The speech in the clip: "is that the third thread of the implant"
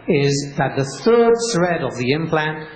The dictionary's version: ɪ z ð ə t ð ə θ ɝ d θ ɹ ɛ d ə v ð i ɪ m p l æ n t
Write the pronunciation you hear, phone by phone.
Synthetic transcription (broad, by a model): ɪ z ð ə t ð ə θ ɝ d s ɹ ɛ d ə v ð i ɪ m p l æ n t